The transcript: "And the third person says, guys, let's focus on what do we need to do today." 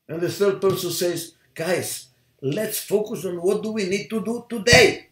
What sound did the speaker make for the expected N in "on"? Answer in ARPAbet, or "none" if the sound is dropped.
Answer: N